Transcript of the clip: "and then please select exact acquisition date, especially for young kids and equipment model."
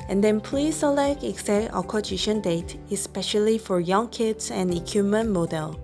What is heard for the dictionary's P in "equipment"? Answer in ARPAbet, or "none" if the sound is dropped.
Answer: none